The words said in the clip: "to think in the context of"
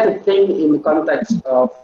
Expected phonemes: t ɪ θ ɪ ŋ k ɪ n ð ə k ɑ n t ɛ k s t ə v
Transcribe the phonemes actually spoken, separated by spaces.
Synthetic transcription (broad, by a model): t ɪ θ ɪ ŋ ɪ n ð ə k ɑ n t ɛ k s t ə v